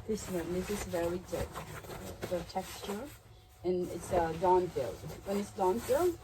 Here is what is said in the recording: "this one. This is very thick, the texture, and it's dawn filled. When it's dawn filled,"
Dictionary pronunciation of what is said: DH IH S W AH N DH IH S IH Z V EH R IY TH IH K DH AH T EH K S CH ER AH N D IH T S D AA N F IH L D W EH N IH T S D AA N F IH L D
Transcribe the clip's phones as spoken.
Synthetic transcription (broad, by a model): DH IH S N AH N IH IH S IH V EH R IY T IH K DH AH T EH K S CH ER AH N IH T S D AA N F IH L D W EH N IH T S D AA N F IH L